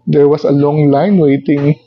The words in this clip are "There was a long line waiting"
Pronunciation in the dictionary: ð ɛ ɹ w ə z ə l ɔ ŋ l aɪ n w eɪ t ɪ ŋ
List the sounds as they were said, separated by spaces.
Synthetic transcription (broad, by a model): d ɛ ɹ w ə s ə l ɔ ŋ l aɪ n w eɪ t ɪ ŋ